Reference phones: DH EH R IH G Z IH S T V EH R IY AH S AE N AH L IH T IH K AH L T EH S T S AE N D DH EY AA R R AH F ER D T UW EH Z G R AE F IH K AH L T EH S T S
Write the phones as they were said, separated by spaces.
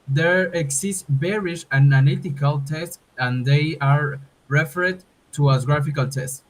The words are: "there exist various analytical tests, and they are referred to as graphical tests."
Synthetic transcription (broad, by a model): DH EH R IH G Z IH S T B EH R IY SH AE N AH N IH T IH K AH L T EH S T AE N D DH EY AA R R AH F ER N T UW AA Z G R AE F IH K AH L T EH S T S